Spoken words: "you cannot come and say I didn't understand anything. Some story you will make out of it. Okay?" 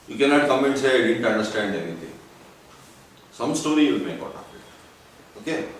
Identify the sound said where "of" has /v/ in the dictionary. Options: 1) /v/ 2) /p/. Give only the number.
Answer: 2